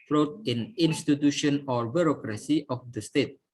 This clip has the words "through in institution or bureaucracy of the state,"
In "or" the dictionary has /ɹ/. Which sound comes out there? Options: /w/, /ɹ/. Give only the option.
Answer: /ɹ/